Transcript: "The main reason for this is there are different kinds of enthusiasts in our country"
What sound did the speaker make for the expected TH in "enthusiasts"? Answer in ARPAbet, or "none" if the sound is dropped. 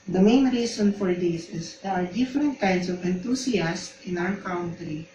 T